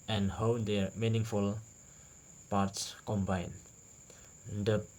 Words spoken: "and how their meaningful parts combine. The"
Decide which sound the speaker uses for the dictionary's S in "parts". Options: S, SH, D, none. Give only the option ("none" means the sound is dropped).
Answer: S